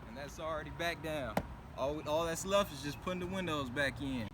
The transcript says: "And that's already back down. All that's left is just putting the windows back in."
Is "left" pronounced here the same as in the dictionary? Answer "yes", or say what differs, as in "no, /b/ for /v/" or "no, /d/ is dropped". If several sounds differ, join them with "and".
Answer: no, /t/ is dropped